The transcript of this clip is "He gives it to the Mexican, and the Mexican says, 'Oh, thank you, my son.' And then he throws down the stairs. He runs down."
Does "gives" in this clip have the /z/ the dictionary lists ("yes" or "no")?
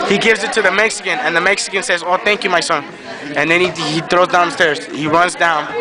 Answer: yes